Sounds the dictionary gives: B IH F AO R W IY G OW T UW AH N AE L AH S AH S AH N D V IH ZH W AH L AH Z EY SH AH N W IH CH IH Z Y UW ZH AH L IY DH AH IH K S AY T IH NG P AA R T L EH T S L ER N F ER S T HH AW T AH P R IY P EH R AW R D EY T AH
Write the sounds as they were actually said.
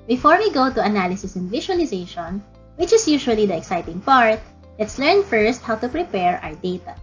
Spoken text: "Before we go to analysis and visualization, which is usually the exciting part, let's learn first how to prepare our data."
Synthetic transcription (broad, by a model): B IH F AO R W IY G OW T UW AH N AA L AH S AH S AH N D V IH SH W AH L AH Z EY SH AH N W IH CH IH S Y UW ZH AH L IY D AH IH K S AY T IH NG P AA R T L EH T S L ER N F ER S T HH AW T AH P R IY P EH R AW R D EY T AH